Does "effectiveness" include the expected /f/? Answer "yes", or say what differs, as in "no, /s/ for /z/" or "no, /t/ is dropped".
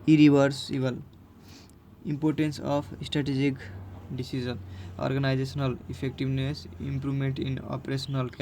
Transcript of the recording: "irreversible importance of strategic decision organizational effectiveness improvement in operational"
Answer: no, /p/ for /f/